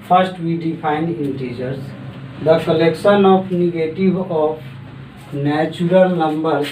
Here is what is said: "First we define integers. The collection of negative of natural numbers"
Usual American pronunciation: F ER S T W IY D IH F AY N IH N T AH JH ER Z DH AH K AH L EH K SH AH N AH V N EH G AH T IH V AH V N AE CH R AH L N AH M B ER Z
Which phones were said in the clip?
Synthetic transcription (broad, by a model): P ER S T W IY D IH P AY N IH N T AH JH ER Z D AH K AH L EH K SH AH N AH P N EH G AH T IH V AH P N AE CH R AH L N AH M B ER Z